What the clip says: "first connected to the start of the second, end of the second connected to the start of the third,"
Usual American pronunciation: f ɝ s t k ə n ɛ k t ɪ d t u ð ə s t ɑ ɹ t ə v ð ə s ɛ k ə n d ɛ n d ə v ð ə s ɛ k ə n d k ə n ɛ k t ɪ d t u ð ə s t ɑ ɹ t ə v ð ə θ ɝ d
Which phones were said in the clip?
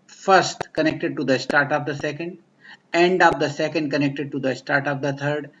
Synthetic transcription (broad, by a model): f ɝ s t k ə n ɛ k t ɪ d t u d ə s t ɑ ɹ t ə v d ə s ɛ k ə n d ɛ n d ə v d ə s ɛ k ə n d k ə n ɛ k t ɪ d t u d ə s t ɑ ɹ t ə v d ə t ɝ d